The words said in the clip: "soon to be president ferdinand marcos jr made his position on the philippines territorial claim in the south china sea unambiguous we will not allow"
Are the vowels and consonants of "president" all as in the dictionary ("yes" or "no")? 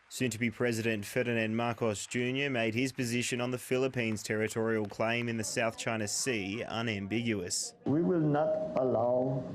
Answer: yes